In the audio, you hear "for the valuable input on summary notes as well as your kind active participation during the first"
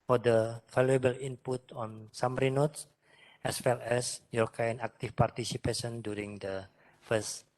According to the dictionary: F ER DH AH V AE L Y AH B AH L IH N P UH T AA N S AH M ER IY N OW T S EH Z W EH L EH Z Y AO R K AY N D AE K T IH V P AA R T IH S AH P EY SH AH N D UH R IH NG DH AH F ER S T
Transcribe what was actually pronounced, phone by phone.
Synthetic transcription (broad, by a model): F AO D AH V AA L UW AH B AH L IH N P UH T AA N S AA M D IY N OW T S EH S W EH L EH S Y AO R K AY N AA K T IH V P AA R T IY S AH P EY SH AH N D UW R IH NG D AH F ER S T